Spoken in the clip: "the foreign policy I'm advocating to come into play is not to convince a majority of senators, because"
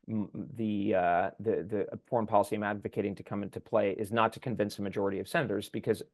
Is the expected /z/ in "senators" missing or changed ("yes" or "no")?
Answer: no